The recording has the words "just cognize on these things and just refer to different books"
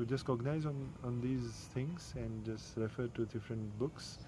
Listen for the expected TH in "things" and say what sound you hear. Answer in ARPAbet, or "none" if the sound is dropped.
T